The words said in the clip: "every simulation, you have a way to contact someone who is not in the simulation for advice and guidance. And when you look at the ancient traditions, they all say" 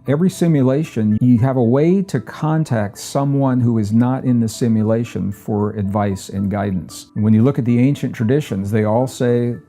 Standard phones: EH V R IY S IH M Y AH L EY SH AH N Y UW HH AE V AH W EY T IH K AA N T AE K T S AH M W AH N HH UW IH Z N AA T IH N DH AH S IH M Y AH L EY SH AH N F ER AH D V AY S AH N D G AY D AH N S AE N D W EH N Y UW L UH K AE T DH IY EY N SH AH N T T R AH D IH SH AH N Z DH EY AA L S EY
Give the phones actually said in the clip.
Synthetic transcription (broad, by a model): EH V R IY S IH M Y AH L EY SH AH N Y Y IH V AH W EY T IH K AA N T AE K T S AH M W AH N HH UW IH Z N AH T IH N DH AH S IH M Y AH L EY SH AH N F ER AH D V AY S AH N G AY D N S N W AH N Y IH L UH K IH T DH IY EY N SH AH N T T R AH D IH SH AH N Z DH EY AA L S EY